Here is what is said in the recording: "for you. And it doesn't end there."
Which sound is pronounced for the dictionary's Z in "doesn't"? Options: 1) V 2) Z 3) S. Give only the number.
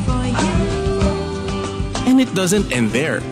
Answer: 2